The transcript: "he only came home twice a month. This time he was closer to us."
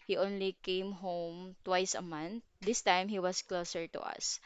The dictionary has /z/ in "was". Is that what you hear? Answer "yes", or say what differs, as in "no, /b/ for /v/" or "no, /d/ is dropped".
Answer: no, /s/ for /z/